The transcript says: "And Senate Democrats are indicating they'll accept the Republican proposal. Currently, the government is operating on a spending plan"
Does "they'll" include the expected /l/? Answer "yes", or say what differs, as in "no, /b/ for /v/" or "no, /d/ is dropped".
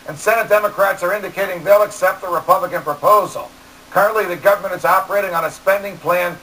yes